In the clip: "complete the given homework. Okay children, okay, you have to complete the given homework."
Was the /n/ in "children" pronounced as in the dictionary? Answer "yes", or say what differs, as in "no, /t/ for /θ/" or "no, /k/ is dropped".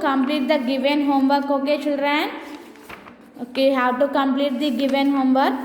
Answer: no, /n/ is dropped